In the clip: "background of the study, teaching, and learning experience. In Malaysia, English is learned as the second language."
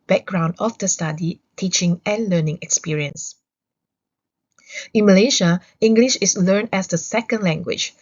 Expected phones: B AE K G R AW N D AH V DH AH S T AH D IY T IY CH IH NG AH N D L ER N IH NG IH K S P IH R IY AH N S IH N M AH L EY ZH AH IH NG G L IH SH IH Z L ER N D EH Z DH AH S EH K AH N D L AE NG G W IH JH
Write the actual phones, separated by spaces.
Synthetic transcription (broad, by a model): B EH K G R AW N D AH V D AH S T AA D IY T IY CH IH NG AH N L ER N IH NG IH K S P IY R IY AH N S IH N M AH L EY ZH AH IH NG G L IH SH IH S L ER N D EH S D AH S EH K AH N D L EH NG G W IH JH